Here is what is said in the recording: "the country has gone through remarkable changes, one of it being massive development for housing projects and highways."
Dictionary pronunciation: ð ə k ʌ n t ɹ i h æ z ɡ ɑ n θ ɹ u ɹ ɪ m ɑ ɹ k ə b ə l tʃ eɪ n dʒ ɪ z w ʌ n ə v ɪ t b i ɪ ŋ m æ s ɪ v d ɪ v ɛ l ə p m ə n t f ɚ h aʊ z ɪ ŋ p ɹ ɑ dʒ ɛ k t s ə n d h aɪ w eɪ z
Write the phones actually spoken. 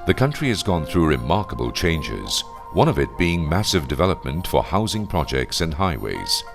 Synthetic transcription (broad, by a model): ð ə k ʌ n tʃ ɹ i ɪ z ɡ ɑ n θ ɹ u ɹ ɪ m ɑ ɹ k ə b ə l tʃ eɪ n dʒ ɪ z w ʌ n ə v ɪ t b i ɪ ŋ m æ s ɪ v d ɪ v ɛ l ə p m ə n t f ɚ h aʊ z ɪ ŋ p ɹ ɑ dʒ ɛ k t s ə n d h aɪ w eɪ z